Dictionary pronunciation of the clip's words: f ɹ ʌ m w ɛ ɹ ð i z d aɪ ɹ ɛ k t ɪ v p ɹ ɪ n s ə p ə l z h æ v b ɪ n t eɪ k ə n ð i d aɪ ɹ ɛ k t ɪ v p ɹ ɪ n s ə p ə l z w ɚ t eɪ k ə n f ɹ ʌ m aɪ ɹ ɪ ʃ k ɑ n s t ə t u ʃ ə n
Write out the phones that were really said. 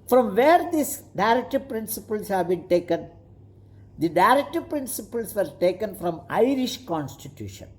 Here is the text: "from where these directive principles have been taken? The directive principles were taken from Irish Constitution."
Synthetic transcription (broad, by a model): f ɹ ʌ m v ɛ ɹ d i s d aɪ ɹ ɛ k t ɪ v p ɹ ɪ n s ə p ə l s h æ v b ɪ n t eɪ k ə n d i d aɪ ɹ ɛ k t ɪ v p ɹ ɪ n s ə p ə l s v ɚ t eɪ k ə n f ɹ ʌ m aɪ ɹ ɪ ʃ k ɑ n s t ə t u ʃ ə n